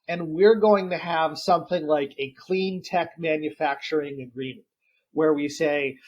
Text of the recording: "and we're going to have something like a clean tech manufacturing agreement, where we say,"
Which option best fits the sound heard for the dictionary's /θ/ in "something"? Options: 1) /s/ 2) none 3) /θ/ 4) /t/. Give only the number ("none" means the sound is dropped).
3